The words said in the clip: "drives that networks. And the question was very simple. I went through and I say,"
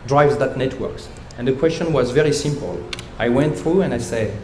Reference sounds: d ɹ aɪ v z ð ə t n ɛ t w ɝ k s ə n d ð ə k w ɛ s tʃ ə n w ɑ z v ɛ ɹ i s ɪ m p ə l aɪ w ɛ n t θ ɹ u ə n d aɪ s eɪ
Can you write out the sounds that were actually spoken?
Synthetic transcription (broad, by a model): d ɹ aɪ v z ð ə t n ɛ t w ɝ k s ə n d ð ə k w ɛ s tʃ ə n w ɑ z v ɛ ɹ i s ɪ m p ə l aɪ w ɛ n t θ ɹ u ə n d aɪ s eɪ